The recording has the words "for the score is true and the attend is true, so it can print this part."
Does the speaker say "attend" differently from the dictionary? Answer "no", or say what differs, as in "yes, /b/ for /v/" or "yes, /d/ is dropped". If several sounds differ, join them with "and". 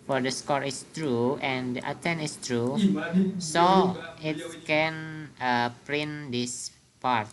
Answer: yes, /d/ is dropped